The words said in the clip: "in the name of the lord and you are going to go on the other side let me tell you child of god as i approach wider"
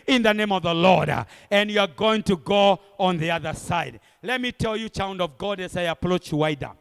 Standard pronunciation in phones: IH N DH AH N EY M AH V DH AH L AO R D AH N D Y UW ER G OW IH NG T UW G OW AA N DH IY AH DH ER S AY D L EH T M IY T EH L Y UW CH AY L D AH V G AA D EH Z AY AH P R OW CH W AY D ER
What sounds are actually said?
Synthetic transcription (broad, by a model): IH N DH AH N EY M AH V DH AH L AO R D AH N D Y UW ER G OW IH NG T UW G OW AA N DH IY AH DH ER S AY D L EH T M IY T EH L Y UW CH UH N D AH V G AA D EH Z AY AH P R OW CH W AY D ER